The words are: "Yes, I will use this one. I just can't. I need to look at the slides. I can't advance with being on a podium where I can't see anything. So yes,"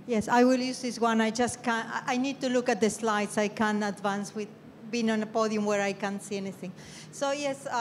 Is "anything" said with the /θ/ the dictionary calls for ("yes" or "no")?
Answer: yes